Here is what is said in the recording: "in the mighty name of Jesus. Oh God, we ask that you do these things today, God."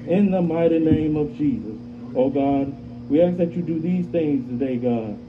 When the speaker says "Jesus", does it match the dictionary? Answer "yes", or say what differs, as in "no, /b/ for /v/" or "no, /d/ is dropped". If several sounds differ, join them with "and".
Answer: yes